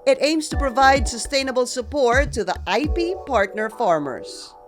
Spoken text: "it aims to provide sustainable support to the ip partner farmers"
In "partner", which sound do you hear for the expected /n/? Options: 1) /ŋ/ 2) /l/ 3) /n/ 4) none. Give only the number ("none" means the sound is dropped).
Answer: 3